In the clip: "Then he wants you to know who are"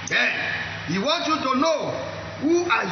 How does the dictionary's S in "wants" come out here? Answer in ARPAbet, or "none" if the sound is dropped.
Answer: none